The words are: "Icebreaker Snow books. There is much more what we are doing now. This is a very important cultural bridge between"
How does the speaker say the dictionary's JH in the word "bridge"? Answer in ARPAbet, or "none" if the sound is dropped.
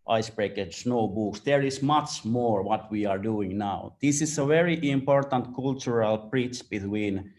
CH